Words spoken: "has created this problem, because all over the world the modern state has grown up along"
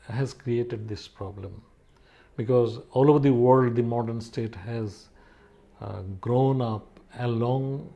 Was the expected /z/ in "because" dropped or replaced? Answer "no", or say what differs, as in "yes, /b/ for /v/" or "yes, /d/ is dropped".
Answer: no